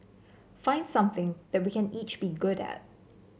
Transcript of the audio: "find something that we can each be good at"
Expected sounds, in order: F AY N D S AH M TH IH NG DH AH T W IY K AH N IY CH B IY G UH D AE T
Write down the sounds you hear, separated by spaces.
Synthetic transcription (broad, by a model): F AY N D S AH M TH IH NG DH AH T W IY K AH N IY CH B IY G UH D AE T